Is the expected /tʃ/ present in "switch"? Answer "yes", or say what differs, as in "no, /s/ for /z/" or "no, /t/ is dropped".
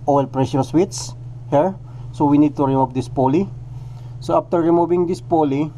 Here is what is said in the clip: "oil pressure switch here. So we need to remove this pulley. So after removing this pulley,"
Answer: no, /s/ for /tʃ/